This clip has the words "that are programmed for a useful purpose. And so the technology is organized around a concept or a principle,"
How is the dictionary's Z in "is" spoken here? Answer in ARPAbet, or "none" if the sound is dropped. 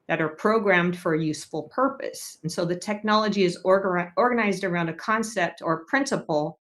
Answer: Z